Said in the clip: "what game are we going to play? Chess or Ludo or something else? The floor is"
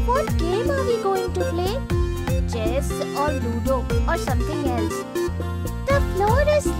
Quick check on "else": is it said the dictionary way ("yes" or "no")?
yes